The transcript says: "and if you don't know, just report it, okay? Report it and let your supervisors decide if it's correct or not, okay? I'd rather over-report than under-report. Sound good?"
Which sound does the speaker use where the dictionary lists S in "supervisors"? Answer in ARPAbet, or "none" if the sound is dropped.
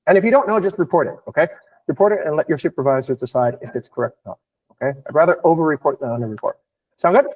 SH